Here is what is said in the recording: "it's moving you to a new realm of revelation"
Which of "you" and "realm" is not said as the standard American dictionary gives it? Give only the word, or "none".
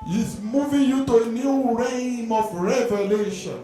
realm